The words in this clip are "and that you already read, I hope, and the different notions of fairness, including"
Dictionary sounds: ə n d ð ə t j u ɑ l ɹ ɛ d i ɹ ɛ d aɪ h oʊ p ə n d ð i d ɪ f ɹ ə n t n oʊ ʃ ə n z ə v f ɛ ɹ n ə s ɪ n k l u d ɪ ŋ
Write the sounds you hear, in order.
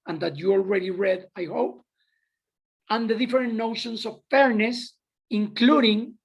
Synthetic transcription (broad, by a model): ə n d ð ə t j u ɑ l ɹ ɛ d i ɹ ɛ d aɪ h oʊ p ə n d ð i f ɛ ɹ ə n n oʊ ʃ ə n s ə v f ɛ ɹ n ə s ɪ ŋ k l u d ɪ ŋ